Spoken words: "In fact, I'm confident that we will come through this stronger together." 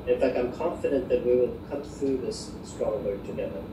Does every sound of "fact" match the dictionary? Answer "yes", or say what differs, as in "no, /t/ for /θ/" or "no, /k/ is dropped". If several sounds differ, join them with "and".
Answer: yes